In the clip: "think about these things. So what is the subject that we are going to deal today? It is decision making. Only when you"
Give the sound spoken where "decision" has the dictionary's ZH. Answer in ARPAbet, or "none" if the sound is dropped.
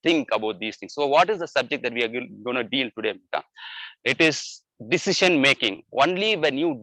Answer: SH